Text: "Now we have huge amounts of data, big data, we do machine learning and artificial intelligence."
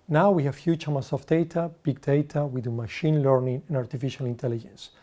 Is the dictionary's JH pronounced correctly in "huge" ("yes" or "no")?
no